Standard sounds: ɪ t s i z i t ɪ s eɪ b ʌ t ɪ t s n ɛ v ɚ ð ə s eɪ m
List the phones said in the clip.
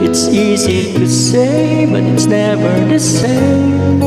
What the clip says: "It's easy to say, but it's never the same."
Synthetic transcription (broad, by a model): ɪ t s i z i t ɪ s eɪ b ʌ t ɪ t s n ɛ v ɚ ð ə s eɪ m